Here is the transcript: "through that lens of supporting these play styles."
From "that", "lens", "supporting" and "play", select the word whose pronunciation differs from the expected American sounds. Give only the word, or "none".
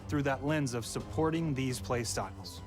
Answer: none